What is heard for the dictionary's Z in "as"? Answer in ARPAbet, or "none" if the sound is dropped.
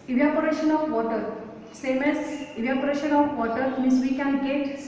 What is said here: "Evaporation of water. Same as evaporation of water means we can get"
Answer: S